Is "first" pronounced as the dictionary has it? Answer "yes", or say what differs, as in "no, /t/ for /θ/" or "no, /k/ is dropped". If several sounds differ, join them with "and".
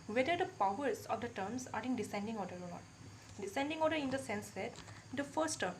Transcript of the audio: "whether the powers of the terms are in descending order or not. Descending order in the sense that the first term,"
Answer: yes